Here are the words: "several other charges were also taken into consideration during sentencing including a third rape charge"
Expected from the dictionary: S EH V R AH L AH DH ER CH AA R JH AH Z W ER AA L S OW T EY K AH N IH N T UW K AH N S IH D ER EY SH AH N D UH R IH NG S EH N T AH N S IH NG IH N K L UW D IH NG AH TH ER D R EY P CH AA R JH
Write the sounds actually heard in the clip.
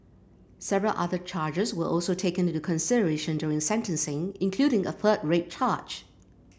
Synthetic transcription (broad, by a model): S EH V R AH L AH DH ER CH AA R JH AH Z W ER AA L S OW T EY AH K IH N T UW K AH N S IH D ER EY SH AH N D UH R IH NG S EH N T AH N S IH NG IH N K L UW D IH NG AH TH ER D R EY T CH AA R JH